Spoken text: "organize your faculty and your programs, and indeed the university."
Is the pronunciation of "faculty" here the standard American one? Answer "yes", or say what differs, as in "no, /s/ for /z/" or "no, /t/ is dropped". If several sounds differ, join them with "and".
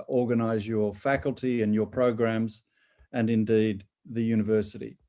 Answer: yes